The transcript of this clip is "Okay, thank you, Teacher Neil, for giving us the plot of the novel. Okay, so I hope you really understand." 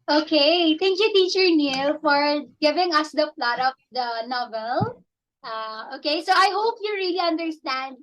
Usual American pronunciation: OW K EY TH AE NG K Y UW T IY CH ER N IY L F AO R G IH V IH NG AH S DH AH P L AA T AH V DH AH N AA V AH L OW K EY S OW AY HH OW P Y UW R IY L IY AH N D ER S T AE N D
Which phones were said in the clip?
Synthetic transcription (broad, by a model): OW K EY T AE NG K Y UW T IY CH ER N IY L F AO R G IH V IH NG AH S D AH P L AA T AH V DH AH N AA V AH L OW K EY S OW AY HH OW P Y UW R IY L IY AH N D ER S T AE N D